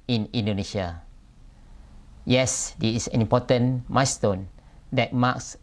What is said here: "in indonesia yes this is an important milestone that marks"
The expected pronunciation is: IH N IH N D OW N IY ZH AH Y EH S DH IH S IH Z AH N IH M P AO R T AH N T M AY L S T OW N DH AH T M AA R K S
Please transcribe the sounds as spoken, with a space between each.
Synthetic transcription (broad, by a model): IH N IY N D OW N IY SH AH Y EH S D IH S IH S AH N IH M P AO T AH N M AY S T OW N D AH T M AA K S